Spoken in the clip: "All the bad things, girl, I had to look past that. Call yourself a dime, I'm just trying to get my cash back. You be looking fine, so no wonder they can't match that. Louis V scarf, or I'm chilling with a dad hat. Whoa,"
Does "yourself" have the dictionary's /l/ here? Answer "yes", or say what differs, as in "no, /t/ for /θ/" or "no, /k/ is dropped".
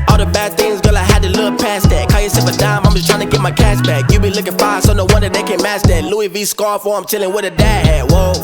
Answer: no, /l/ is dropped